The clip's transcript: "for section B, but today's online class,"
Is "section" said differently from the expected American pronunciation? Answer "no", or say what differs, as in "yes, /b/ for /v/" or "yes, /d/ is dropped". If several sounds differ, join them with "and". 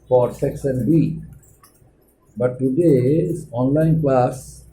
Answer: yes, /s/ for /ʃ/